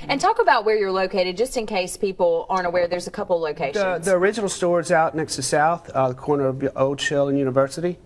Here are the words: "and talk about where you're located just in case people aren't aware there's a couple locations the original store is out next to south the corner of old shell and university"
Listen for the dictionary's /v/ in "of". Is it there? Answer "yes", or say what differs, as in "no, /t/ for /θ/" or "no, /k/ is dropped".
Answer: yes